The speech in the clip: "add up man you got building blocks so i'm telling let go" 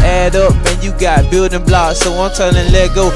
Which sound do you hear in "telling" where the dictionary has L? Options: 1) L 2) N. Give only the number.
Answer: 2